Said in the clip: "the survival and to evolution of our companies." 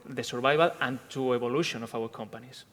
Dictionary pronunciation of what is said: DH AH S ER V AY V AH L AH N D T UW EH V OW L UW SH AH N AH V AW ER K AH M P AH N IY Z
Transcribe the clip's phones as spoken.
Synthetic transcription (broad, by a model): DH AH S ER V AY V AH L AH N T UW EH B OW L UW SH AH N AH F AW ER K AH M P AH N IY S